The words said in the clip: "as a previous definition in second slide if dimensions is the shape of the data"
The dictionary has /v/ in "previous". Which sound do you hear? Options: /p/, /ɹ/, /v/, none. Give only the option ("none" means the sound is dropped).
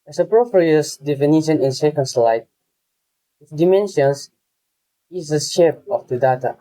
/p/